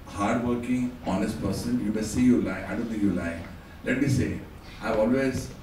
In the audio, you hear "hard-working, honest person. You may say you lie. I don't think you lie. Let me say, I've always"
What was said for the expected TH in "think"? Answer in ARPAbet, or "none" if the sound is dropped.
S